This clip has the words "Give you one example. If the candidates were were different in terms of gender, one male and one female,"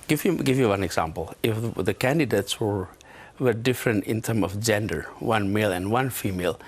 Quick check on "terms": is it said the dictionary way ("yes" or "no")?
no